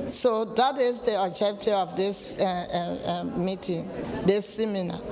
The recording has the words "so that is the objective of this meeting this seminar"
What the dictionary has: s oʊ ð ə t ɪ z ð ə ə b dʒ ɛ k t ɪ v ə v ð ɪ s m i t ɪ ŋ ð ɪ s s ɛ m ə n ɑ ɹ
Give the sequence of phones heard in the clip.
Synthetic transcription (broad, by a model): s oʊ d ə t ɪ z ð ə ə dʒ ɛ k t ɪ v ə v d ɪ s m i t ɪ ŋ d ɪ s s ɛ m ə n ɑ